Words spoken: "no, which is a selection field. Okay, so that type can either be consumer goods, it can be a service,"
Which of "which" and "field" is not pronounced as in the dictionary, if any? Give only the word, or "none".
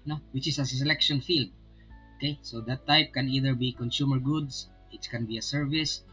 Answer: none